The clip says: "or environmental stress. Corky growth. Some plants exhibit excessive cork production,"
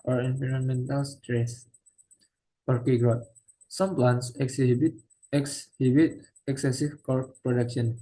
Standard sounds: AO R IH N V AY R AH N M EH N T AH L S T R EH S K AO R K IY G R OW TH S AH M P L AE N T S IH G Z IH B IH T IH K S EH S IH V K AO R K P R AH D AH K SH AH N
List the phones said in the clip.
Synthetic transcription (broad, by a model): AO R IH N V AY R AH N M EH N T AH L S T R EH S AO R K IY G R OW T S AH M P L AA N S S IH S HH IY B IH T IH K S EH S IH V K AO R P R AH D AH K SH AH N